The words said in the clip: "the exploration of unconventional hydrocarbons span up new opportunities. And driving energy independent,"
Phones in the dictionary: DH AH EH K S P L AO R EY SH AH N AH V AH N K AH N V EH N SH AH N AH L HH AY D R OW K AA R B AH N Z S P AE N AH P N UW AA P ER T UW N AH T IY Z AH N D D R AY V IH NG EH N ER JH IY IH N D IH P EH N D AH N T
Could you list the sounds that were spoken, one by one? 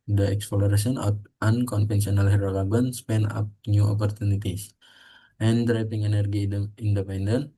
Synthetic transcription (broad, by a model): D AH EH K S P L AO R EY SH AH N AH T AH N K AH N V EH N S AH N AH L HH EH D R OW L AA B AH N S P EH N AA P N UW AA P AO T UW N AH T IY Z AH N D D R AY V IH NG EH N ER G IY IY N D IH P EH N D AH N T